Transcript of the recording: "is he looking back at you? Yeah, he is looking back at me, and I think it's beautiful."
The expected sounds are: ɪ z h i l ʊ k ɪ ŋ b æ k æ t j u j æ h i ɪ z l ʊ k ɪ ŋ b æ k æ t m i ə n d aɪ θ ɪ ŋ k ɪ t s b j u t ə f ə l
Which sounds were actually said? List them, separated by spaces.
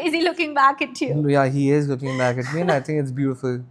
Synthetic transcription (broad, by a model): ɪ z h i l ʊ k ɪ ŋ b æ k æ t j u j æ h i ɪ z l ʊ k ɪ ŋ b æ k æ t m i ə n aɪ t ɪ ŋ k ɪ t s b j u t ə f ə l